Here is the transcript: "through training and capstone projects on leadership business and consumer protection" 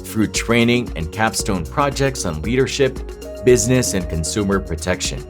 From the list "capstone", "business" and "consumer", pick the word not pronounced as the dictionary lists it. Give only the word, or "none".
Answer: none